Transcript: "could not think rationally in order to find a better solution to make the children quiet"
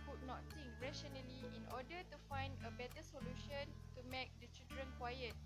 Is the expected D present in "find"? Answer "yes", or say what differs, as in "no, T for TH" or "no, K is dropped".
yes